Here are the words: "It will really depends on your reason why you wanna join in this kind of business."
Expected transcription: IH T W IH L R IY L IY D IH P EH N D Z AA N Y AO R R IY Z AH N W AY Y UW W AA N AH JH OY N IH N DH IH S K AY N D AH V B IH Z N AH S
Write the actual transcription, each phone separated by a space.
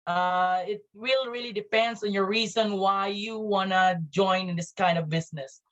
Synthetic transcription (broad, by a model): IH T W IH L R IY L IY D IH P EH N D S AA N Y AO R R IY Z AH N W AY Y UW W AA N AH JH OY IH N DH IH S K AY N D AH V B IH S N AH S